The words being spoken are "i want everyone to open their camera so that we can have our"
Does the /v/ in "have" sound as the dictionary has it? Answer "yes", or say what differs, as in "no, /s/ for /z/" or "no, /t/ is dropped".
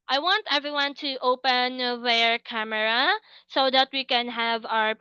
yes